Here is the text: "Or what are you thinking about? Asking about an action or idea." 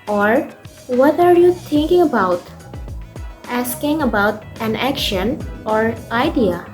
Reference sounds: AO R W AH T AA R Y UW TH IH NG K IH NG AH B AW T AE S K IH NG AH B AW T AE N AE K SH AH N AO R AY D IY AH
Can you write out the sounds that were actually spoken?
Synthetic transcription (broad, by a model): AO R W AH T AA R Y UW T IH NG K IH NG AH B AW T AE S K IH NG AH B AW T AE N AE K SH AH N AO R AY D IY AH